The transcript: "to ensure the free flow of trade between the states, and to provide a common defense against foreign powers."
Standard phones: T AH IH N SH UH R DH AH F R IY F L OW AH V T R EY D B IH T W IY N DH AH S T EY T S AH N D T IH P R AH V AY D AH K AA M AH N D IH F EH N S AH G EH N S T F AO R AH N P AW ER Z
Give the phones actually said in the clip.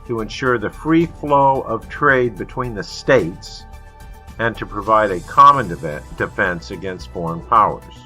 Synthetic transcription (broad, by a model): T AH IH N SH UH R DH AH F R IY F L OW AH V T R EY D B IH T W IY N DH AH S T EY T S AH N T IH P R AH V AY D AH K AA M AH N D IH F EH N S AH G EH N S T F AO R AH N P AW ER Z